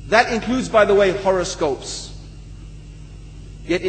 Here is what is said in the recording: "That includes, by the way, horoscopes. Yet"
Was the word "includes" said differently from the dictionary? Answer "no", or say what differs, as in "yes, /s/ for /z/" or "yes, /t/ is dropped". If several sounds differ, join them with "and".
no